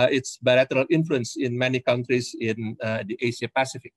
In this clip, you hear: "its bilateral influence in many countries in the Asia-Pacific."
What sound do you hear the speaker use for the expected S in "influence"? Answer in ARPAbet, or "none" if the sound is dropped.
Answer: S